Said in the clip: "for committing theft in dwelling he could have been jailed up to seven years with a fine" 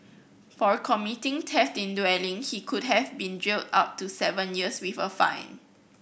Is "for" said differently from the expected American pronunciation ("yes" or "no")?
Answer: no